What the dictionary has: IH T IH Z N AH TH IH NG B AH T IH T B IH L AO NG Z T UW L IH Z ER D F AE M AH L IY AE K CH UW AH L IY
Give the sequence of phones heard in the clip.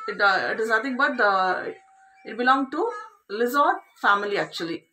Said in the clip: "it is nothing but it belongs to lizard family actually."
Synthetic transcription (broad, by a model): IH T IH Z N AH T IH NG B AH T IH T B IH L AO NG T UW L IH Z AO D F AE M AH L IY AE K CH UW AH L IY